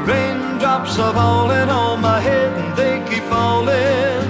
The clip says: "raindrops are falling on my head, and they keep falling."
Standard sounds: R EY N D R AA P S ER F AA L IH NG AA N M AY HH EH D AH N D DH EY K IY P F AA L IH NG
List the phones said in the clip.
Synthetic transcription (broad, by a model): R EY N D R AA P S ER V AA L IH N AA L M AY HH EH D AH N DH EY K IY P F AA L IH